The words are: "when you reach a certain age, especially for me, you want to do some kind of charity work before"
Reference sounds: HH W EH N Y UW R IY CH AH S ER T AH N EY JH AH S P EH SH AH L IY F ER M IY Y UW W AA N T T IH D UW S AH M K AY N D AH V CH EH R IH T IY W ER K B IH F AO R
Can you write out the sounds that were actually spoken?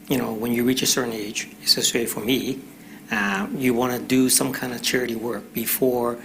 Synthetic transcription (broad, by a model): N W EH N Y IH R IY CH AH S ER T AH N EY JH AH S EH S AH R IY F ER M IY Y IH W AA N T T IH D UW S AH M K AY N D AH V CH EH R IH T IY W ER K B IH F AO R